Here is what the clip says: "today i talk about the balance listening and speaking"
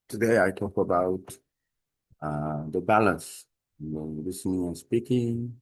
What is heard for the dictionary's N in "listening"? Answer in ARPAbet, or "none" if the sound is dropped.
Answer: N